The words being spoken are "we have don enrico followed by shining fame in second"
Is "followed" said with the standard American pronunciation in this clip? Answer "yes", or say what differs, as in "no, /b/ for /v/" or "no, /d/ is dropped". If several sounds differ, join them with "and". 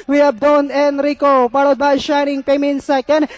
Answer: no, /p/ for /f/